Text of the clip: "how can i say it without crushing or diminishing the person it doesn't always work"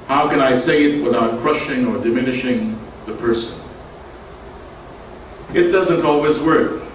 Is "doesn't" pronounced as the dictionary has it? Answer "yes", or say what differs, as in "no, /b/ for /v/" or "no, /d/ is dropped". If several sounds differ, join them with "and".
yes